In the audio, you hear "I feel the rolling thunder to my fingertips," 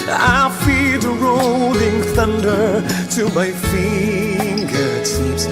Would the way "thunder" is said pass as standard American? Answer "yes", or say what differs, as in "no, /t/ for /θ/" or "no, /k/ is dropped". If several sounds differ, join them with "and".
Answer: yes